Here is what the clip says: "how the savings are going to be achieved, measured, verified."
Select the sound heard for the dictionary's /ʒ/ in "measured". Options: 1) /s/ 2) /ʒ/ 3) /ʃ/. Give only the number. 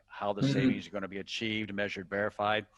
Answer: 2